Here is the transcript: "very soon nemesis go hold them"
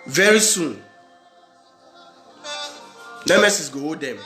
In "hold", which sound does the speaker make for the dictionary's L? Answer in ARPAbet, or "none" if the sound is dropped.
none